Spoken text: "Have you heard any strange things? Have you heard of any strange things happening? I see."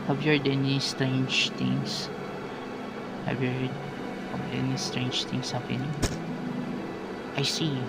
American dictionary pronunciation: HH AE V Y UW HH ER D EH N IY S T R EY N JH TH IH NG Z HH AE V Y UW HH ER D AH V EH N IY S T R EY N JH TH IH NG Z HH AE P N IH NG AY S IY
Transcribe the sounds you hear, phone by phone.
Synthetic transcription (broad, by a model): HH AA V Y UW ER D EH N IY S T R EY N JH T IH NG S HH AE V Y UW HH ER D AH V EH N IY S T R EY N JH T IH NG S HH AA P IH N AY S IY